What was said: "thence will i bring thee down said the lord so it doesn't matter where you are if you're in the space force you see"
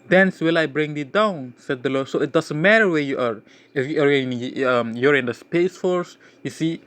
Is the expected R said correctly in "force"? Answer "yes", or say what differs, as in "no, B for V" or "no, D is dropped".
yes